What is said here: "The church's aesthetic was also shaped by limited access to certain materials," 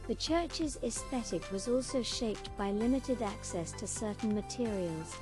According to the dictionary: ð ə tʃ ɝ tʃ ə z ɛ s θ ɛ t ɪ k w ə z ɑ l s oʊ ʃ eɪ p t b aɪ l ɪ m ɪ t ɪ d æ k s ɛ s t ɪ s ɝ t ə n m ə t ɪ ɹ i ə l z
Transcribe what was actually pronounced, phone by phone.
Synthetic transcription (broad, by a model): ð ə tʃ ɝ tʃ ə z ɛ s θ ɛ t ɪ k w ə z ɑ l s oʊ ʃ eɪ p t b aɪ l ɪ m ɪ t ɪ d æ k s ɛ s t ɪ s ɝ t n m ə t ɪ ɹ i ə l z